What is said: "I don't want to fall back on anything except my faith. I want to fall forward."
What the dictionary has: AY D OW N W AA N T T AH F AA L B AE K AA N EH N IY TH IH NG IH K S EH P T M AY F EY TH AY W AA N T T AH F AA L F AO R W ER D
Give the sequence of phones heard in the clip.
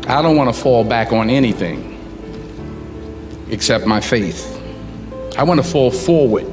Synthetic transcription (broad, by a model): AY D OW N W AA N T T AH F AA L B AE K N EH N IY TH IH NG IH K S EH P T M AY F EY TH AY W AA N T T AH F AA L F AO R W ER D